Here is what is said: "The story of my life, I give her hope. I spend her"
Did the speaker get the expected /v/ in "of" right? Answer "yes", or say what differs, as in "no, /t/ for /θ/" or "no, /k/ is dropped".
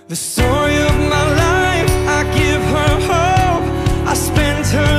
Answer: yes